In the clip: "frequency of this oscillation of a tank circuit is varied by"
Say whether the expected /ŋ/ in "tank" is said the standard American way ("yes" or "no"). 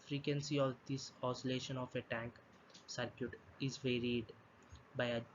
yes